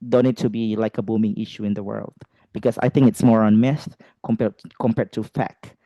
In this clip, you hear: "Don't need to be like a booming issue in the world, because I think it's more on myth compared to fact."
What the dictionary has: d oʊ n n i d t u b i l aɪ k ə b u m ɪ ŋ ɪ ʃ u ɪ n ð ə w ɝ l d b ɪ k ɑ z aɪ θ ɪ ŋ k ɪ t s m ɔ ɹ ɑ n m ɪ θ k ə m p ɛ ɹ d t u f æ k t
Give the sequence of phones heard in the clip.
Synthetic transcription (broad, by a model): d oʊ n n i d t u b i l aɪ k ə b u m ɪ ŋ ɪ ʃ u ɪ n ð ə w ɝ l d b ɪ k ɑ s aɪ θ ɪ ŋ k ɪ t s m ɔ ɹ ɑ n m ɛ s k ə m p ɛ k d t u f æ k